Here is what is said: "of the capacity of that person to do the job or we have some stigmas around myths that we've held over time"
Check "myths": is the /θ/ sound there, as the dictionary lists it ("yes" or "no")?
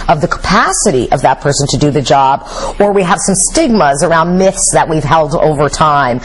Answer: yes